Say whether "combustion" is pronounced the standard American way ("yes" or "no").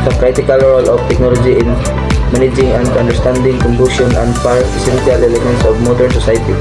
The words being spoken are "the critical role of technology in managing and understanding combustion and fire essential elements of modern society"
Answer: no